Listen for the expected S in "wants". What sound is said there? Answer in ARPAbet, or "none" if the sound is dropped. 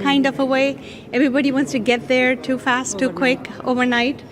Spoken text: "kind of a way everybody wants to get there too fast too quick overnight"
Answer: S